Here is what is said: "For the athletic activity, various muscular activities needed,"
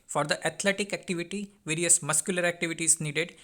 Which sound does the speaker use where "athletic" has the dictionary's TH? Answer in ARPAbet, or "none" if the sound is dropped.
T